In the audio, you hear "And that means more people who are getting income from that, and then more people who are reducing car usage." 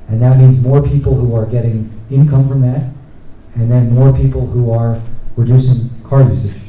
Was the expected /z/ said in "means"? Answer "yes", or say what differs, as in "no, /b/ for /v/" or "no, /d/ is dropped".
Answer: yes